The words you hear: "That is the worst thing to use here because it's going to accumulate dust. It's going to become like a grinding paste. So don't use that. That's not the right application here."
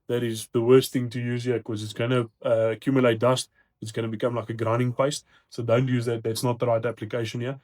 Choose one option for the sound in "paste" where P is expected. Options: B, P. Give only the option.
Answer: P